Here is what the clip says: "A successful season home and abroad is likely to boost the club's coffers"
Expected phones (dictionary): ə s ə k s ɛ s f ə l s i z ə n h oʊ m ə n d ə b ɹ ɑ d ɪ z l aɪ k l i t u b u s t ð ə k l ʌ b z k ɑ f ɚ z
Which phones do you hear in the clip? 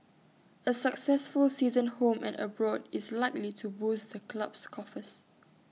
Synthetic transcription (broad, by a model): ə s ə k s ɛ s f ə l s i z ə n h oʊ m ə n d ə b ɹ ɑ d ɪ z l aɪ k l i t u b u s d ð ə k l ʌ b s k ɑ f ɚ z